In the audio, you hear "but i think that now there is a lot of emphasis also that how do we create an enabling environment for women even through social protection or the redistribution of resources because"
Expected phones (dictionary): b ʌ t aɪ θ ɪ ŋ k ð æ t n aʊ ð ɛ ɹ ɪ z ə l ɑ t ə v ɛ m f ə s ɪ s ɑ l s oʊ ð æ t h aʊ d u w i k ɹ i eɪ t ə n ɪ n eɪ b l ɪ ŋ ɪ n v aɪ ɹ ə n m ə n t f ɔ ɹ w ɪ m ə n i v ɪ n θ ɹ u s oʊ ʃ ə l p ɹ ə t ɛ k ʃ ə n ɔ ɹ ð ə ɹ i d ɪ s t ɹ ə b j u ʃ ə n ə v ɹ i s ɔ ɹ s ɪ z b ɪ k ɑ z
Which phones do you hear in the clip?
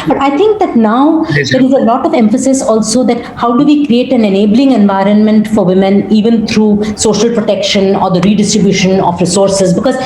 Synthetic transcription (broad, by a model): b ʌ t aɪ t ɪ ŋ k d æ t n aʊ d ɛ ɹ ɪ z ə l ɑ t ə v ɛ m f ə s ɪ s ɑ l s oʊ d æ t h aʊ d u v i k ɹ i eɪ t ə n ɪ n eɪ b l ɪ ŋ ɪ n v aɪ ɹ ə n m ə n t f ɔ ɹ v ɪ m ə n i v ɪ n t ɹ u s oʊ ʃ ə l p ɹ ə t ɛ k ʃ ə n ɔ ɹ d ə ɹ i d ɪ s t ɹ ə b j u ʃ ə n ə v ɹ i s ɔ ɹ s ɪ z b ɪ k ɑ z